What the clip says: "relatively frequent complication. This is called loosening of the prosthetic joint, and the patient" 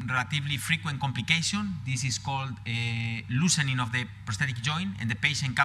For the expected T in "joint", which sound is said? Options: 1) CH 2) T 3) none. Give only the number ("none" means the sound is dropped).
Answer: 3